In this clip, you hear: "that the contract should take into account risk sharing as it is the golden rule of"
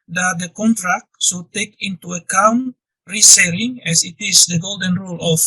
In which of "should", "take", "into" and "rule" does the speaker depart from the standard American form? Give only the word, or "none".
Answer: should